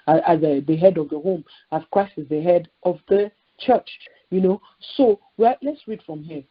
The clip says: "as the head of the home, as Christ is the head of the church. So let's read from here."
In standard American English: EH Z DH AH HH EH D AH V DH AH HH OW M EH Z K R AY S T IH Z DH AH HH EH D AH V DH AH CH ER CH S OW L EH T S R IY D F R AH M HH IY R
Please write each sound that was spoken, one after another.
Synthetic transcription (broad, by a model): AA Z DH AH HH EH D AH V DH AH HH OW M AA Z K R AY S T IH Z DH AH HH EH D AH V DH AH CH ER CH S OW L EH T S R IY D F R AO M HH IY